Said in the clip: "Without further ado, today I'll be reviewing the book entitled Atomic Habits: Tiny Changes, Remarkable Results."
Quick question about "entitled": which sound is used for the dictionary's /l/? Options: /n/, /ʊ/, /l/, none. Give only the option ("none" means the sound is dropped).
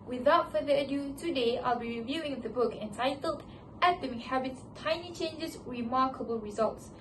/l/